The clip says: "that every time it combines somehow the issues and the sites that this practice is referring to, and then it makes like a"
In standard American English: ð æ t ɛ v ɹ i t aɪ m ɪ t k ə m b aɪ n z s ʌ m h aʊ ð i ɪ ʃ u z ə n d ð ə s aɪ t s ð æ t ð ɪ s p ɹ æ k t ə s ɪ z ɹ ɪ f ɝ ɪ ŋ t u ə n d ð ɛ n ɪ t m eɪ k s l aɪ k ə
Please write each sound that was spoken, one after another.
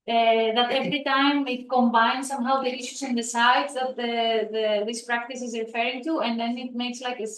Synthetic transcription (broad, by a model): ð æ t ɛ v ɹ i t aɪ m ɪ t k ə m b aɪ n s ʌ m h aʊ ð i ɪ ʃ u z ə n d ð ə s aɪ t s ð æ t ð ɪ s p ɹ æ k t ə s ɪ z ɹ ɪ f ɝ ɪ ŋ t u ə n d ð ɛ n ɪ t m eɪ k s l aɪ k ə